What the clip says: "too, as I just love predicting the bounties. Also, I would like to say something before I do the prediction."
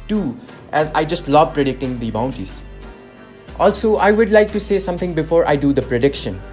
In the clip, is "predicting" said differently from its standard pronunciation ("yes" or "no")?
no